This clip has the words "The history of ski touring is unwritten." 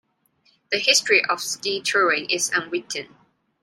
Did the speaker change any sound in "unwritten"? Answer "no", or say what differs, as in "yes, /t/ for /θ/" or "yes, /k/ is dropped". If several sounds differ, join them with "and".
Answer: yes, /w/ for /ɹ/